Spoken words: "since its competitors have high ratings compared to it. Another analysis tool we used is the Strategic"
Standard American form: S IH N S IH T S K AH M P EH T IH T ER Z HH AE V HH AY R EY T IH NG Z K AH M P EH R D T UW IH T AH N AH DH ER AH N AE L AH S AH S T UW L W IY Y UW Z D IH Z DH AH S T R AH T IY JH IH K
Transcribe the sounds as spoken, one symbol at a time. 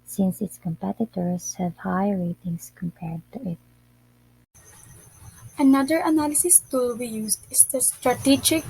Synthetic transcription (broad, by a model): S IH N S IH T S K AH M P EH T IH T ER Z HH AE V HH AY R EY T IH NG S K AH M P EH R D T UW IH T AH N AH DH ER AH N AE L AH S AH S T UW L W IY Y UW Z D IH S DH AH S T R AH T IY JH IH K